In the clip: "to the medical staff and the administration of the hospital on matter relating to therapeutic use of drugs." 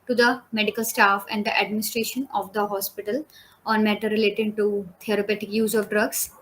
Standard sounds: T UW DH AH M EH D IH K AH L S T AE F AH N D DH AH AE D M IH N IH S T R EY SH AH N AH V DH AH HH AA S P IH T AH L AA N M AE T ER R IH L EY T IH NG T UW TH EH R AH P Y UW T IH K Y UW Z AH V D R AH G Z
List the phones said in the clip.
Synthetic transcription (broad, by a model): T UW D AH M EH D IH K AH L S T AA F AH N D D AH AE D M IH N IH S T R EY SH AH N AH V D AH HH AA S P IH T AH L AA N M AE T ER R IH L EY T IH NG T UW T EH R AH P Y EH T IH K Y UW Z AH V D R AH G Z